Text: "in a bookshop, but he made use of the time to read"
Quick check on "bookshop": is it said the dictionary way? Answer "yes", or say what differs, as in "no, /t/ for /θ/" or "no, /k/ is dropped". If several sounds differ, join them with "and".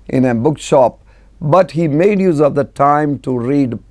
yes